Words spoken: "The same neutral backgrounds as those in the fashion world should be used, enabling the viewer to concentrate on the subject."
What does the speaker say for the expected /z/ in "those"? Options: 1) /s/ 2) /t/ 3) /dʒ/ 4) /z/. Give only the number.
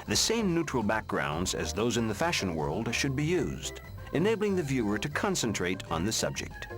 4